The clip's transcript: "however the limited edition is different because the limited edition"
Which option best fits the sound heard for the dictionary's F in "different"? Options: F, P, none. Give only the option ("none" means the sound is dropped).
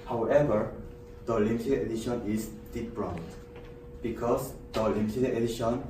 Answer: P